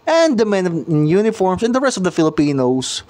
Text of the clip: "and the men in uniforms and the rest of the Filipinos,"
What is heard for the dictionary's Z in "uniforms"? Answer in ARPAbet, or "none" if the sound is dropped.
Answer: S